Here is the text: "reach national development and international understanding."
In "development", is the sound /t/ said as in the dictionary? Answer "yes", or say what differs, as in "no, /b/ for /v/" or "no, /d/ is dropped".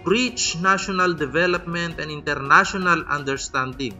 yes